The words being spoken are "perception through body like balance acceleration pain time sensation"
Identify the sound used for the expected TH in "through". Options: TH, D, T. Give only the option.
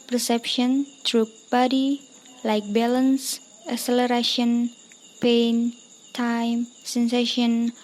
T